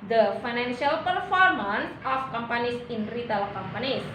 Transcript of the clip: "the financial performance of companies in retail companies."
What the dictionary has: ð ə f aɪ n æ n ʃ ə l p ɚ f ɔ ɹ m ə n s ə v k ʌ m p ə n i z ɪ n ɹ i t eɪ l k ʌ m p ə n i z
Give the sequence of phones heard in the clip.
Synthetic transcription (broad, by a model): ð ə f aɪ n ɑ n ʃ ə l p ɚ f ɔ ɹ m ə n s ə f k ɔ m p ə n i s ɪ n ɹ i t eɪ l k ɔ m p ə n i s